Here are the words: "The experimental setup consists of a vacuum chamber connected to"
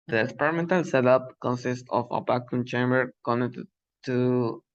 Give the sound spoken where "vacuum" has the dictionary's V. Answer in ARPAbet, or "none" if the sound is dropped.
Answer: B